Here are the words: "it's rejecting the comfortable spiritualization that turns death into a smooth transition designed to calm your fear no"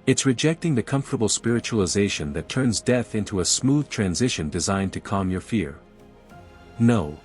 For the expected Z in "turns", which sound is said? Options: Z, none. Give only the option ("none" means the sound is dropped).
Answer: Z